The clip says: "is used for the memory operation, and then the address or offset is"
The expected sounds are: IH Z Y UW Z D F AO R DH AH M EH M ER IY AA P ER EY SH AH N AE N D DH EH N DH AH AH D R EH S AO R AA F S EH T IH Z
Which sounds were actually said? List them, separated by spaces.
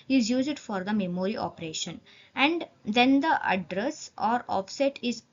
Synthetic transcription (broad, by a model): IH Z Y UW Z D F AO R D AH M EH M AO IY AA P ER EY SH AH N AE N D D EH N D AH AH D R EH S AO R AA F S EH T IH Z